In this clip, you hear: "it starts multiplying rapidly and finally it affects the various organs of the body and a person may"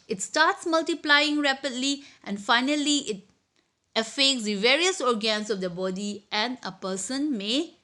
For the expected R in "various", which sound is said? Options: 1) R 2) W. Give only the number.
1